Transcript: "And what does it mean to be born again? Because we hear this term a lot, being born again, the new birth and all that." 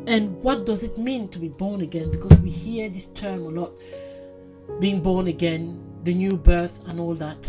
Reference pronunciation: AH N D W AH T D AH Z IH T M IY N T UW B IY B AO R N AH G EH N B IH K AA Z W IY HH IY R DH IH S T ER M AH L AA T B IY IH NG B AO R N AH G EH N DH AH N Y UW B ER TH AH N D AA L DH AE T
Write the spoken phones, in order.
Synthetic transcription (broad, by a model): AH N W AH T D AH Z IH T M IY N T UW B IY B AO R N AH G EH N B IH K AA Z W IY HH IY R DH IH S T ER M AH L AA T B IY IH NG B AO R N AH G EH N DH AH N Y UW B ER TH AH N AA L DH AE T